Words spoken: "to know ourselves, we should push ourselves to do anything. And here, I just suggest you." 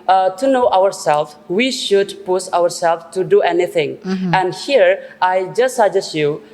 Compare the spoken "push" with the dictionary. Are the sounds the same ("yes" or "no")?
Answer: no